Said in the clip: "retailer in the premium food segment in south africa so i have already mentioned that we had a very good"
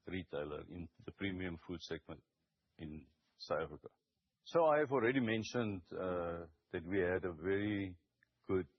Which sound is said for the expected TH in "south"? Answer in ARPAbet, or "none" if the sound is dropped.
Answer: T